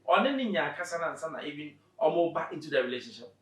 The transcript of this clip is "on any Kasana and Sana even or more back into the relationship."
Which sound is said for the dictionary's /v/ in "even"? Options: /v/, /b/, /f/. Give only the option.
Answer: /b/